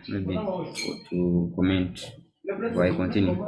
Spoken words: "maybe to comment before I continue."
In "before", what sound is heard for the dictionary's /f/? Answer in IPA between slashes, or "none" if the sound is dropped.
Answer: none